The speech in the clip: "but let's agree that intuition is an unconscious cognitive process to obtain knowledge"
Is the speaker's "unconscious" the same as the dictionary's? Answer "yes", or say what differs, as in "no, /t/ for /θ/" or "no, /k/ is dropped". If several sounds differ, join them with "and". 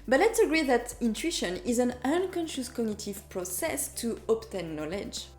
yes